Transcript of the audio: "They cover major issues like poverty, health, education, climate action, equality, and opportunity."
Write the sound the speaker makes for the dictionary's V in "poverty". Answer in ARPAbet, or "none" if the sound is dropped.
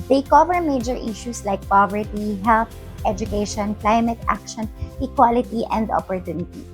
V